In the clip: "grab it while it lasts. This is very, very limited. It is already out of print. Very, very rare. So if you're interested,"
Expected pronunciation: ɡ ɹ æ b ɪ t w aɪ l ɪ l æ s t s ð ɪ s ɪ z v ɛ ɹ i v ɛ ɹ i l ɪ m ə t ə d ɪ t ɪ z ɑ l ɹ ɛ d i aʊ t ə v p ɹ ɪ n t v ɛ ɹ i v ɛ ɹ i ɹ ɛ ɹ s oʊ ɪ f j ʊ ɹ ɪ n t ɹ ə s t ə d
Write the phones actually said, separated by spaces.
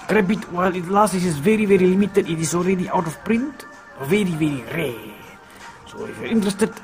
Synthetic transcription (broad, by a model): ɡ ɹ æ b ɪ t w aɪ l ɪ l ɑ s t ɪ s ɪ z v ɛ ɹ i v ɛ ɹ i l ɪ m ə t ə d ɪ t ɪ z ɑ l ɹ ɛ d i aʊ t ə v p ɹ ɪ n t v ɛ ɹ i v ɛ ɹ i ɹ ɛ s oʊ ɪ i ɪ n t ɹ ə s t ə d